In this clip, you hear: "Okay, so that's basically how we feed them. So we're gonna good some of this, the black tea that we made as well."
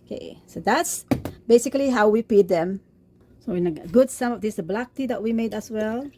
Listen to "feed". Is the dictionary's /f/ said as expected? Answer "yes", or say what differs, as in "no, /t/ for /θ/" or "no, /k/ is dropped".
no, /p/ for /f/